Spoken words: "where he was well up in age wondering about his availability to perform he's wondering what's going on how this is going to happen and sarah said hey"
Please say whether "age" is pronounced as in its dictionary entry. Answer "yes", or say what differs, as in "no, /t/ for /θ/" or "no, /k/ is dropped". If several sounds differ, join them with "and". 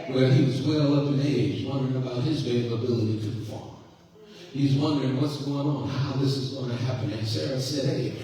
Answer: no, /z/ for /dʒ/